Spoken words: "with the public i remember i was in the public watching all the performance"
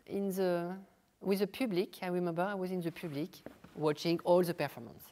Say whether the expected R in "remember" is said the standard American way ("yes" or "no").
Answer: yes